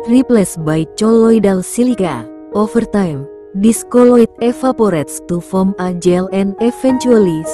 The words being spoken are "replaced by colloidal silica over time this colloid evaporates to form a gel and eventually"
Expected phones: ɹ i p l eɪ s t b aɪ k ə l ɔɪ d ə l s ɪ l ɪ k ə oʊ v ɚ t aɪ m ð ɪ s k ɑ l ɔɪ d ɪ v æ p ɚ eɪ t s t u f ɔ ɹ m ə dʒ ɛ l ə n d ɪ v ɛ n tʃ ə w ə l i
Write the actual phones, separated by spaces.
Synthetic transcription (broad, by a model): ɹ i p l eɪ s b aɪ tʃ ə l ɔɪ d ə l s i l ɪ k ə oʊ f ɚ t aɪ m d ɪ s k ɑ l ɔɪ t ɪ f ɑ p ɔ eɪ t s t u f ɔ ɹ m ə dʒ ɛ l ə n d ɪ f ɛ n tʃ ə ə l i